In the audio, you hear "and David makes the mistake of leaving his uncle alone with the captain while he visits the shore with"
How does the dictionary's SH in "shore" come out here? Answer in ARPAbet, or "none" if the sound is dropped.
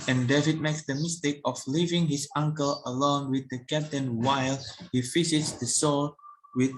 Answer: S